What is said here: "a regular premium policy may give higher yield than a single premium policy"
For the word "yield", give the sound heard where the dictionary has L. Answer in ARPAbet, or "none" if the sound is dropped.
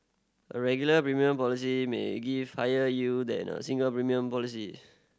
none